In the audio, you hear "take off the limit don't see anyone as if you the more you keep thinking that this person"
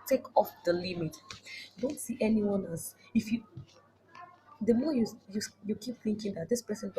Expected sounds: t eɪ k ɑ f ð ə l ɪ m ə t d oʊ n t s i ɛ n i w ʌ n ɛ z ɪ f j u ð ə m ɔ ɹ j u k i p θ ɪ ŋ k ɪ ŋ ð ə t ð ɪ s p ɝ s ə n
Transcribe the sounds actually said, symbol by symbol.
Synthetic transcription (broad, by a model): t eɪ k ɑ f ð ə l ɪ m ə t d oʊ n t s i ɛ n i w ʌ n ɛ s ɪ f j u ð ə m ɔ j j u k i p θ ɪ ŋ k ɪ ŋ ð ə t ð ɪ s p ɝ s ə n